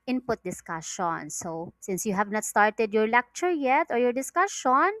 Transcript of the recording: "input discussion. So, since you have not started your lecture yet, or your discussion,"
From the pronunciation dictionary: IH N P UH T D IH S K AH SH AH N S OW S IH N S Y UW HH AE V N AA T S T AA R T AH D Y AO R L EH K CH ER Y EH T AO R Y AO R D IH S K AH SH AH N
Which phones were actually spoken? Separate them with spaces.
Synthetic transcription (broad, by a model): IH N P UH T D IH S K AH SH AH N S OW S IH N S Y UW HH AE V N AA T S T AA R T AH D Y AO R L EH K CH ER Y EH T AO R Y AO R D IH S K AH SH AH N